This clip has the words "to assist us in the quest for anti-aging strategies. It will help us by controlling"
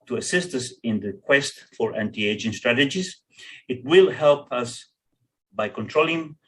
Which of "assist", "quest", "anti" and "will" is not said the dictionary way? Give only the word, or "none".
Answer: none